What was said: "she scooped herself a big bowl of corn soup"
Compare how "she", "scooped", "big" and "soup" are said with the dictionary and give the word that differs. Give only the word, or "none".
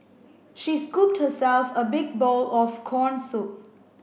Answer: soup